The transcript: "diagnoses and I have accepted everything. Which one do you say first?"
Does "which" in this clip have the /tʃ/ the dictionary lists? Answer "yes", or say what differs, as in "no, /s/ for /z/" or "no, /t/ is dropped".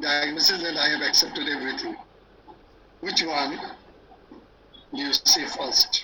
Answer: yes